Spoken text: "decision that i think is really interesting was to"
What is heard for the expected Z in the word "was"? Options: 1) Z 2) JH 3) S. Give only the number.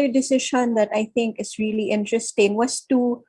3